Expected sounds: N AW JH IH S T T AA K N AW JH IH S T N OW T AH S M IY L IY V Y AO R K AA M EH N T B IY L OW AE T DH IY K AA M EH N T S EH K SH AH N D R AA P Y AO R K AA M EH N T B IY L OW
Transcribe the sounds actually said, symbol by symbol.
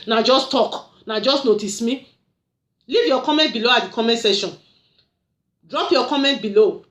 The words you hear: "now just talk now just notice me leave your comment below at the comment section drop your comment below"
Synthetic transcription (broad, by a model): N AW JH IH S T T AA K N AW JH IH S T N OW T AH S M IY L IY V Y AO K AA M EH N T B IY L OW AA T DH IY K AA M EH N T S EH SH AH N D R AA P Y AO K AA M EH N T B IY L OW